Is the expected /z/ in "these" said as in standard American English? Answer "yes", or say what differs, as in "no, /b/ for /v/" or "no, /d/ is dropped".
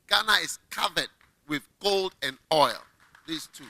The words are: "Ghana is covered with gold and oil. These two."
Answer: no, /s/ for /z/